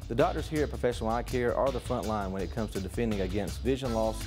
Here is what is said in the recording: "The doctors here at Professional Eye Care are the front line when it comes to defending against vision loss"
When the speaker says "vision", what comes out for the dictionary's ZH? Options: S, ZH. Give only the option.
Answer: ZH